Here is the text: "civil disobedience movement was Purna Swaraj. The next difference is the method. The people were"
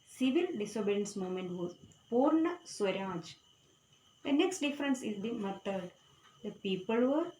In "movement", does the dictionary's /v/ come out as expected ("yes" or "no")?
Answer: no